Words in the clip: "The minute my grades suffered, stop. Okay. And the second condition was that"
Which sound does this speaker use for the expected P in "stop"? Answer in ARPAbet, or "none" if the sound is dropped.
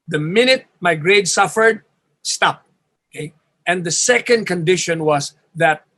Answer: P